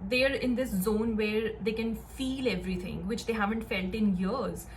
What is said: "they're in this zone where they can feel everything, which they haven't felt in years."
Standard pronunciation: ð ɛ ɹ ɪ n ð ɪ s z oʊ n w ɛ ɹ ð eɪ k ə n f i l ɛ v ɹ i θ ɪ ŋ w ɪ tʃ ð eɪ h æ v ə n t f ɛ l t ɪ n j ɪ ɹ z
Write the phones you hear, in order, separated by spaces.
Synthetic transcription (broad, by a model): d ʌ ɹ ɪ n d ɪ s z oʊ n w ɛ ɹ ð eɪ k ə n f i l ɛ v ɹ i t ɪ ŋ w ɪ tʃ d eɪ h æ v ə n t f ɛ l t ɪ n j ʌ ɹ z